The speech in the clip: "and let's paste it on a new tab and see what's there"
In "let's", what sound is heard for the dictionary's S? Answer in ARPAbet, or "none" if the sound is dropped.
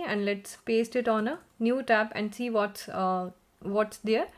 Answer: S